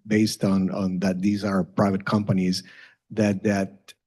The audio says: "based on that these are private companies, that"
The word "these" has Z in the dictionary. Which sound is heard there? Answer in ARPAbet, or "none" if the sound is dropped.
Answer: Z